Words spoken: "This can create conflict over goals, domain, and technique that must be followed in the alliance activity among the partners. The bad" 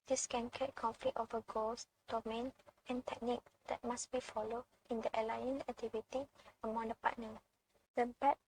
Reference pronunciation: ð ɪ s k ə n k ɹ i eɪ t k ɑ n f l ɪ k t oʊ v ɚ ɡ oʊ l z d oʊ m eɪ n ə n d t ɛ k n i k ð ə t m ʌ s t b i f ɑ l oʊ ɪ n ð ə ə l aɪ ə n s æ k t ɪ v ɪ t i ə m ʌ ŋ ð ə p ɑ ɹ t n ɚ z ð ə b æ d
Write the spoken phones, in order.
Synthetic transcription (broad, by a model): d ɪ s k ə n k i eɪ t k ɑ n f l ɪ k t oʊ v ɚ ɡ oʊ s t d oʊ m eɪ n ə n t ɛ k n i k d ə t m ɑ s b i f ɑ l oʊ ɪ n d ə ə l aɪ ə n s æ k t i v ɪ t i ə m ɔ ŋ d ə p ɑ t n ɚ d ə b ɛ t